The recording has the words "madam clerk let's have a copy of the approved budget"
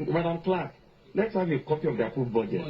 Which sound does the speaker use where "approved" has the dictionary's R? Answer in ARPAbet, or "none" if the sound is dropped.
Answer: none